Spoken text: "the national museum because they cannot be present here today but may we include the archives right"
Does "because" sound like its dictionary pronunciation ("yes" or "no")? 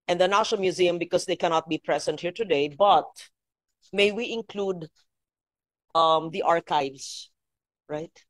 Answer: no